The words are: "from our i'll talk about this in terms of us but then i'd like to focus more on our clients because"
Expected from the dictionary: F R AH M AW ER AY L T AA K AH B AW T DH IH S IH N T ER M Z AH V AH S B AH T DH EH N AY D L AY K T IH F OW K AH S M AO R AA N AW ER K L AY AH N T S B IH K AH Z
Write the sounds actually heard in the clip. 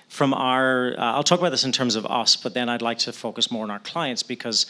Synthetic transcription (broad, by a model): F R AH M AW ER AY L T AA K AH B AW T DH IH S IH N T ER M Z AH V AH S B AH T DH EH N AY D L AY K T IH F OW K AH S M AO R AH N AW ER K L AY AH N T S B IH K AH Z